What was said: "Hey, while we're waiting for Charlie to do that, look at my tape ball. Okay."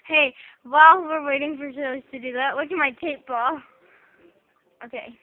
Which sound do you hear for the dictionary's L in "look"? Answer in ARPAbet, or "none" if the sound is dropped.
W